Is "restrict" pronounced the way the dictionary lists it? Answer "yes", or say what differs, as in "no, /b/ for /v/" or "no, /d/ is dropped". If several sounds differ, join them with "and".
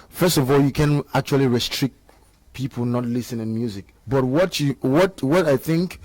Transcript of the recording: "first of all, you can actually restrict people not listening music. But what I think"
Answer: yes